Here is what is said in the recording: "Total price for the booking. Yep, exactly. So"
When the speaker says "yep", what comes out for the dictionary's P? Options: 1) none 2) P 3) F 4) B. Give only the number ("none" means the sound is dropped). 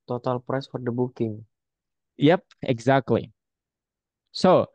2